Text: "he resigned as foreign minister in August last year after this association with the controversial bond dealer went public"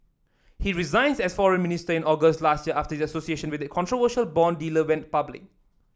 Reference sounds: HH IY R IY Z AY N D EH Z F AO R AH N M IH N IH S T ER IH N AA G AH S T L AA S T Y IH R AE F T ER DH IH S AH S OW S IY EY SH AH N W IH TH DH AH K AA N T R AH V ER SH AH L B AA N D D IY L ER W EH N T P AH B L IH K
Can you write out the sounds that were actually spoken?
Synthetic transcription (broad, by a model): HH IY R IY Z AY N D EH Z F AO R AH N M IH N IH S T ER IH N AA G AH S T L AA S T Y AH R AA F T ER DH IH AH S OW S IY EY SH AH N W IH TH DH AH K AA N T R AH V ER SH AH L B AA N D D IY L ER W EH N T P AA B L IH K